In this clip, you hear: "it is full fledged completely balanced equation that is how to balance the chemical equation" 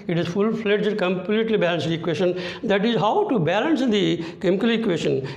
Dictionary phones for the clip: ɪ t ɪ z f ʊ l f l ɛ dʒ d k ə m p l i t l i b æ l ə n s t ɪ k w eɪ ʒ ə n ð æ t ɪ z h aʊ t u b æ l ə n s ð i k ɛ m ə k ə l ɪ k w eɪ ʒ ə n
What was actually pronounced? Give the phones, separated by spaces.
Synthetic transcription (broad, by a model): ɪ t ɪ z f ʊ l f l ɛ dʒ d k ə m p l i t l i b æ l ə n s ɪ k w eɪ ʃ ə n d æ t ɪ z h aʊ t u b æ l ə n s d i k ɛ m ə k ə l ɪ k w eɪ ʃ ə n